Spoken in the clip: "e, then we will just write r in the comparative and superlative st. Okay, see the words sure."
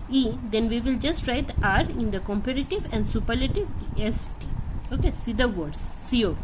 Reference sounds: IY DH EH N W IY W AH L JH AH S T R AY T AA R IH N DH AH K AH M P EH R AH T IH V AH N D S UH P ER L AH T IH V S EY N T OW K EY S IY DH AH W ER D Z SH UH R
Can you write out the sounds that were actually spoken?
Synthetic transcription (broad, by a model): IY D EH N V IY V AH L JH AH S T R AY T AA R IH N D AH K AH M P EH R AH T IH V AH N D S UH P ER L AH T IH V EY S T OW K EY S IY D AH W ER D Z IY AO